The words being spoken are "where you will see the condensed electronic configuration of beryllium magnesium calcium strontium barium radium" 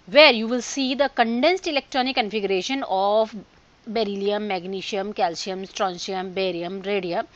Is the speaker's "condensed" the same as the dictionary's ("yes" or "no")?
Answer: yes